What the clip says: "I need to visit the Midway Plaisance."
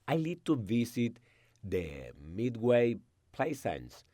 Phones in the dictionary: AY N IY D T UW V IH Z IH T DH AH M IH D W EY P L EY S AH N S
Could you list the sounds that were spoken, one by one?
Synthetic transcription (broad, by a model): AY L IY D T UW V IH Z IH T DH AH M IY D W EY P L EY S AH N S